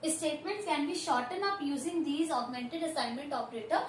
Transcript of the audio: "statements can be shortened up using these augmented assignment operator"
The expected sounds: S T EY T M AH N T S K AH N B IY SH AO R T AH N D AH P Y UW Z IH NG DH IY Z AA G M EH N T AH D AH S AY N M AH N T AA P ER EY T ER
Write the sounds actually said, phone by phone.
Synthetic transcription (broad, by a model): S T EY T M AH N T S K AH N B IY SH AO R T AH N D AH P Y UW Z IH NG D IY Z AA G M EH N T AH D AH S AY N M AH N T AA P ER EY T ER